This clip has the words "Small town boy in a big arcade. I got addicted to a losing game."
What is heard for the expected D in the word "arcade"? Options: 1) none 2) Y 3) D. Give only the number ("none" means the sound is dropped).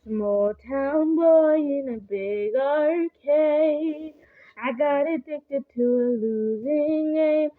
1